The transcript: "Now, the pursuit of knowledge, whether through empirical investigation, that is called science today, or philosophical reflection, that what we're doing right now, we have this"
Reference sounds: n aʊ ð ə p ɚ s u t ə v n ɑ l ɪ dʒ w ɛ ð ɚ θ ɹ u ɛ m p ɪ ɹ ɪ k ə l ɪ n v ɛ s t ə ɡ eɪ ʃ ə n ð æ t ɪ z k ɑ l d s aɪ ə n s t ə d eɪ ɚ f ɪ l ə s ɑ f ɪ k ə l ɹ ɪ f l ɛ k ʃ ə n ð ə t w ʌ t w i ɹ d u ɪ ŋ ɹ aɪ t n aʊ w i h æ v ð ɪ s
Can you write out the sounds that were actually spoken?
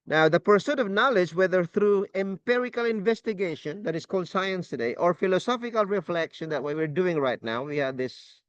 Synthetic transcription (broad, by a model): n aʊ ð ə p ɚ s u t ə v n ɑ l ɪ dʒ w ɛ ð ɚ θ ɹ u ɛ m p ɪ ɹ ɪ k ə l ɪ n v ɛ s t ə ɡ eɪ ʃ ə n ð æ t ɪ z k ɑ l d s aɪ ə n s t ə d eɪ ɚ f ɪ l ə s ɑ f ɪ k ə l ɹ ɪ f l ɛ k ʃ ə n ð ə t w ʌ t w i ɹ d u ɪ ŋ ɹ aɪ t n aʊ w i h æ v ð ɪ s